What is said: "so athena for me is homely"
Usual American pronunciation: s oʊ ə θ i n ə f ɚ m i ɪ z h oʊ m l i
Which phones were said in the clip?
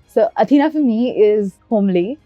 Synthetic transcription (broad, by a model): s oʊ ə t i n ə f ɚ m i ɪ z h oʊ m l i